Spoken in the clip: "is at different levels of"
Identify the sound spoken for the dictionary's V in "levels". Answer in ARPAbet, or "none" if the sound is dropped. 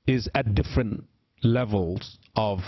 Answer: V